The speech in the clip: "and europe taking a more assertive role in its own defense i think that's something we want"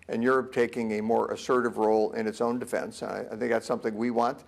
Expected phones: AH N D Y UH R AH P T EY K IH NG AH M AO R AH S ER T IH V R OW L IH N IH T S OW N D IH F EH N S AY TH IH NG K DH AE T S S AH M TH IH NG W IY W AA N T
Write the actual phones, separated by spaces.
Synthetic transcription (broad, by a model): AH N Y UH R AH P T EY K IH NG AH M AO R AH S ER T IH V R OW L IH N IH T S OW N D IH F EH N S AY TH IH NG K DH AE T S S AH M TH IH NG W IY W AA N T